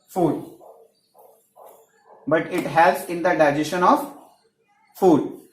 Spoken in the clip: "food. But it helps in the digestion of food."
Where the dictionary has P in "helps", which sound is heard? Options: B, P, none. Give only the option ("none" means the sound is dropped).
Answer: none